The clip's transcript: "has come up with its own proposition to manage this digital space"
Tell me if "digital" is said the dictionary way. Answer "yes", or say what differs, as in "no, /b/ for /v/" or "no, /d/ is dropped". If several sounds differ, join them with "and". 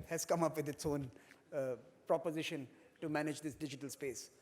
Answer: yes